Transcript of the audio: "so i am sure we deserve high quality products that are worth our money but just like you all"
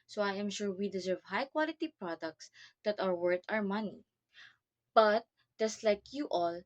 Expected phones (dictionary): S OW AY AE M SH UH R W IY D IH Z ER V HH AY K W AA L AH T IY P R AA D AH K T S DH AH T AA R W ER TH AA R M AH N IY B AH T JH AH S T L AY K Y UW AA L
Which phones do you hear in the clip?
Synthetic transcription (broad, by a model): S OW AY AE M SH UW R W IY D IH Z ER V HH AY K W AA L AH T IY P R AA D AH K T S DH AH T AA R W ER T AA R M AH N IY B AH T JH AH S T L AY K Y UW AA L